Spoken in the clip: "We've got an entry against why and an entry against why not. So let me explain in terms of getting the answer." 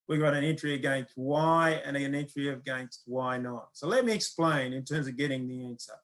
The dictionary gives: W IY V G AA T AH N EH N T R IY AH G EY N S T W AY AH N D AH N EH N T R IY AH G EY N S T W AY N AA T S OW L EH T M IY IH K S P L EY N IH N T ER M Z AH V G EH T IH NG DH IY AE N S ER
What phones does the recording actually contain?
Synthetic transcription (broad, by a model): W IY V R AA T AH N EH N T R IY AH G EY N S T W AY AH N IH AH N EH N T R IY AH G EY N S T W AY N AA T S OW L EH T M IY IH K S P L EY N IH N T ER M Z AH V G EH T IH NG DH IY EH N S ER